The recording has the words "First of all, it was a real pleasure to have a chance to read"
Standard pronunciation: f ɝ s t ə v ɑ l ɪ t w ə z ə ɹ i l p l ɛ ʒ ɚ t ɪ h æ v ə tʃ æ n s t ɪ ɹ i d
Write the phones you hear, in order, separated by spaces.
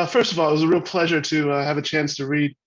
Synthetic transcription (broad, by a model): f ɝ s t ə v ɑ l ɪ t w ə z ə ɹ i l p l ɛ ʒ ɚ t ɪ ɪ v ə tʃ æ n s t ɪ ɹ i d